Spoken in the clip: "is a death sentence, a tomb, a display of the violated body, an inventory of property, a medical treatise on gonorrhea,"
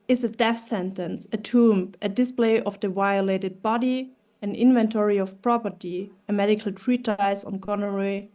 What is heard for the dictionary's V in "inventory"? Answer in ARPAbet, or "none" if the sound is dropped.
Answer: V